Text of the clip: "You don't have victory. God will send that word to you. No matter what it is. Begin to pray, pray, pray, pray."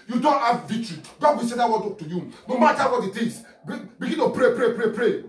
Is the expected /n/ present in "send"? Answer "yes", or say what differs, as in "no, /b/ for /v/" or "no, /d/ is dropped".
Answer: no, /n/ is dropped